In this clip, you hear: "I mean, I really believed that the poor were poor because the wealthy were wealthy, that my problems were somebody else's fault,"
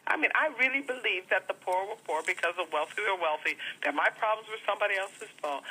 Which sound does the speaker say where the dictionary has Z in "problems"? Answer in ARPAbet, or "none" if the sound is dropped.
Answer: Z